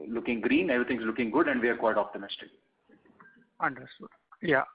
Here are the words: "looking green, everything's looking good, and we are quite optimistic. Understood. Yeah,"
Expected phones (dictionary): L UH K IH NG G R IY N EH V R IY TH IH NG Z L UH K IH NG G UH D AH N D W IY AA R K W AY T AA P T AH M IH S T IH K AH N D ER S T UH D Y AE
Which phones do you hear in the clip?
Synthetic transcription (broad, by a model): L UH K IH NG G R IY N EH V R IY T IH NG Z L UH K IH NG G UH D AH N D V IY AA R K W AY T AA P T AH M IH S T IH K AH N D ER S T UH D Y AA